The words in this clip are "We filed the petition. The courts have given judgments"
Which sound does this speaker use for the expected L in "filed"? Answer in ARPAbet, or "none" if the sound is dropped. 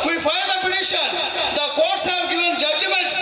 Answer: none